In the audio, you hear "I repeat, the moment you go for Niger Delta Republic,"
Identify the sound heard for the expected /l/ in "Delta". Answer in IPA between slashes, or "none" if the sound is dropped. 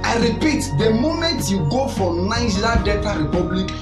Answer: none